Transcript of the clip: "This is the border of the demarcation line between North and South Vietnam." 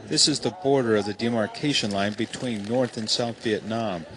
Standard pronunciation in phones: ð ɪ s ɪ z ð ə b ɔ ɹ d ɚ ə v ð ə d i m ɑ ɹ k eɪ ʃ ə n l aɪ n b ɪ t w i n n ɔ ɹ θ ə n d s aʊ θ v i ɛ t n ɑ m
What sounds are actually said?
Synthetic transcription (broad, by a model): ð ɪ s ɪ z ð ə b ɔ ɹ d ɚ ə v ð ə d i m ɑ ɹ k eɪ ʃ ə n l aɪ n b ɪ t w i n n ɔ ɹ θ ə n s aʊ θ v i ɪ t n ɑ m